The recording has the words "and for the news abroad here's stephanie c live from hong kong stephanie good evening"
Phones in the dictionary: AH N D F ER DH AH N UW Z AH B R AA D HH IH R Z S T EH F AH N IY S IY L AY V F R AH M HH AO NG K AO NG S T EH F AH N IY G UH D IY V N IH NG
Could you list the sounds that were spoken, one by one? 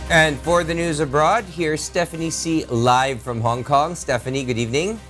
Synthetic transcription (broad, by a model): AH N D F ER DH AH N UW Z AH B R AA D HH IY R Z S T EH F AH N IY S IY L AY V F R AH M HH AO NG K AO NG S T EH F AH N IY G UH D IY V N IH NG